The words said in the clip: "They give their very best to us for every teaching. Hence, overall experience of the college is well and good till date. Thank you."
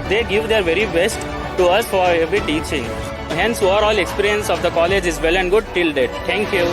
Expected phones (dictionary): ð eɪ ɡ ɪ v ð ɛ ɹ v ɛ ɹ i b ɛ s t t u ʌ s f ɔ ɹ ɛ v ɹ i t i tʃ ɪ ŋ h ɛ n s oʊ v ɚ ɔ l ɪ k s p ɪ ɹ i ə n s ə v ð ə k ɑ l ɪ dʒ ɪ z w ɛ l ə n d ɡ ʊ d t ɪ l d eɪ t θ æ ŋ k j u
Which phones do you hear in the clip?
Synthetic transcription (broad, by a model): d eɪ ɡ ɪ v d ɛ ɹ v ɛ ɹ i b ɛ s t t u ʌ s f ɔ ɹ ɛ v ɹ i t i tʃ ɪ ŋ h ɛ n s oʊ ɚ ɔ l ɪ k s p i ɹ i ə n s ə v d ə k ɑ l ɪ dʒ ɪ z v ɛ l ə n d ɡ ʊ d t ɪ l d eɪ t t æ ŋ k j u